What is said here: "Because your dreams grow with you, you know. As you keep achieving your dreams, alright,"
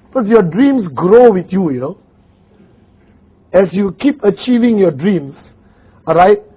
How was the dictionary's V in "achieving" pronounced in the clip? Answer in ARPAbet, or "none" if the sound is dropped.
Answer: V